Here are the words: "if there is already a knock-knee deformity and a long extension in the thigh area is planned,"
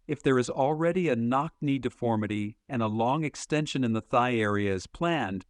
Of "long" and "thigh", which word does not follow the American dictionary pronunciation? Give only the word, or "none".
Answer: none